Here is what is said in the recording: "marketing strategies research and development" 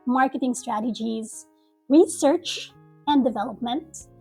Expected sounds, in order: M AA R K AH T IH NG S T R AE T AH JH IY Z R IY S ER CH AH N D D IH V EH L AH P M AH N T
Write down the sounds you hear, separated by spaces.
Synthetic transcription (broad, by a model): M AA R K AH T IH NG S T R AE T AH JH IY Z R IY S ER CH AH N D D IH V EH L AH P M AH N T